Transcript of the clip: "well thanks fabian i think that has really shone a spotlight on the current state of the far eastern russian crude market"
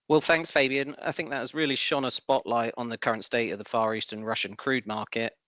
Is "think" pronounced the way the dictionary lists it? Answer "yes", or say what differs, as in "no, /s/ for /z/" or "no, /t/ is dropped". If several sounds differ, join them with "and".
yes